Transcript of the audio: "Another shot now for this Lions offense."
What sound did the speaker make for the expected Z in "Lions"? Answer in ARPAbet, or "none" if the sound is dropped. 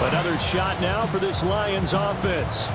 Z